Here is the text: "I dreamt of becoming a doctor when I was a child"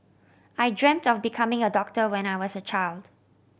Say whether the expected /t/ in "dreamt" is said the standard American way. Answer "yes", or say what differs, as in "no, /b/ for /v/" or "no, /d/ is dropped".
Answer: yes